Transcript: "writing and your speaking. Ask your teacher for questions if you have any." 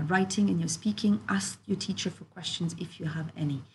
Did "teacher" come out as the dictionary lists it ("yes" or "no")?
yes